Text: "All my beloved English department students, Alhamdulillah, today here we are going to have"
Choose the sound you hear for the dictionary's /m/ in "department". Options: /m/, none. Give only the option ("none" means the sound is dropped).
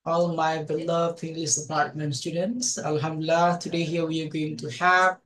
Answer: none